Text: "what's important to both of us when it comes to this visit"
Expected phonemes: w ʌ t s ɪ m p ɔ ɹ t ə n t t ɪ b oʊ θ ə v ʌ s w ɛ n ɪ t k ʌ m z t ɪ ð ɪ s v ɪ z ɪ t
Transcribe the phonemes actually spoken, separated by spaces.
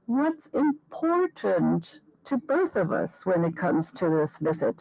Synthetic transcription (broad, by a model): w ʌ t s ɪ m p ɔ ɹ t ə n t t ɪ b oʊ θ ə v ʌ s w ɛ n ɪ t k ʌ m z t ɪ ð ɪ s v ɪ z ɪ t